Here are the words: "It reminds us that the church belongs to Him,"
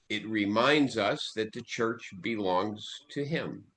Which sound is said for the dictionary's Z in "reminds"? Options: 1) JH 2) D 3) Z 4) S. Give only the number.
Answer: 3